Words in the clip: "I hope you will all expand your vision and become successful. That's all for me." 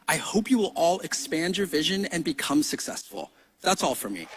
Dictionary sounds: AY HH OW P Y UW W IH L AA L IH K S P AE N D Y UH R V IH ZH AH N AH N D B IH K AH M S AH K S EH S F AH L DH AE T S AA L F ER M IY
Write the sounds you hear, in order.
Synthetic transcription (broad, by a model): AY HH OW P Y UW W IH L AA L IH K S P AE N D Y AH R V IH ZH AH N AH N B IH K AH M S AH K S EH S F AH L DH AE T S AA L F ER M IY